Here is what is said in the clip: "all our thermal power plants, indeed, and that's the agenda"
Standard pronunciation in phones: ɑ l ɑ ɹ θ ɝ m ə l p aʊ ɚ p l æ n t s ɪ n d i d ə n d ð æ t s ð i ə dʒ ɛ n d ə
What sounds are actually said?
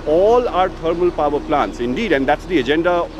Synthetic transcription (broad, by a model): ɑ l ɑ ɹ t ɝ m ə l p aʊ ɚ p l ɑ n t s ɪ n d i d ə n d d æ t s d i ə dʒ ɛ n d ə